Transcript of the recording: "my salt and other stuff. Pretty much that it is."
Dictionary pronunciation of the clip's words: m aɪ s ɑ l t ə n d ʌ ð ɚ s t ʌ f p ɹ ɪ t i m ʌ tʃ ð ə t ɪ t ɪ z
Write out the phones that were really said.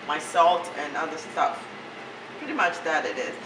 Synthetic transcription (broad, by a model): m aɪ s ɑ l t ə n ʌ ð ɚ s t ʌ f p ɹ ɪ t i m ʌ tʃ ð ə t ɪ t ɪ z